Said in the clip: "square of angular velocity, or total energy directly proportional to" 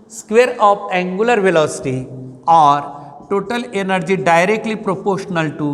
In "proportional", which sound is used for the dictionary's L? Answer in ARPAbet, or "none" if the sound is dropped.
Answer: L